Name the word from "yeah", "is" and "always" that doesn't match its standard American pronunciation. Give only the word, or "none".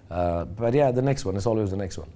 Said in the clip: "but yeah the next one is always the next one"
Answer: is